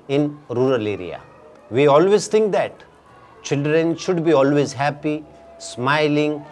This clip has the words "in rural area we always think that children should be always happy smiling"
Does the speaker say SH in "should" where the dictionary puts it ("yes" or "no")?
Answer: yes